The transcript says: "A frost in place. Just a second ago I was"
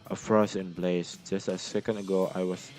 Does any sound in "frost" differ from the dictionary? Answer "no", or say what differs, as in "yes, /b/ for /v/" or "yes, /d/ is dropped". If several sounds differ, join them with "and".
yes, /t/ is dropped